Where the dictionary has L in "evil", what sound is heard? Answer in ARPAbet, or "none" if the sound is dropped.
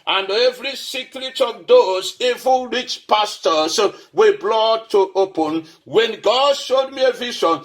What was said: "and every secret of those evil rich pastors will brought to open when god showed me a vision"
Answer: N